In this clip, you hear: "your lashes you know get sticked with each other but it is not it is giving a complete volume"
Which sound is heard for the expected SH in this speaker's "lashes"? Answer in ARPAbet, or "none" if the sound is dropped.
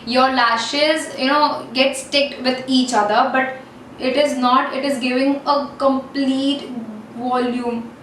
SH